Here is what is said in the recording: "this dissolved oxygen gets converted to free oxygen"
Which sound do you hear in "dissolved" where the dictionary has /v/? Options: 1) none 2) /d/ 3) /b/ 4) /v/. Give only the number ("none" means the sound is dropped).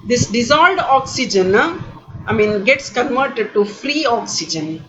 1